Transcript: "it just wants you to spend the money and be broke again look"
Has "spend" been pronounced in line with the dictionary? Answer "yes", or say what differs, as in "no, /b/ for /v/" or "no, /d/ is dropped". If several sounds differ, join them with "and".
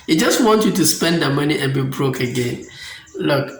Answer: yes